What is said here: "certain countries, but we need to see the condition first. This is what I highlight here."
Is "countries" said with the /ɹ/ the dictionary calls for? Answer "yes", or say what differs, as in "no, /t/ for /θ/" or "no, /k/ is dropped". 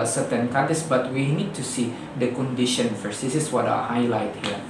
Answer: no, /ɹ/ is dropped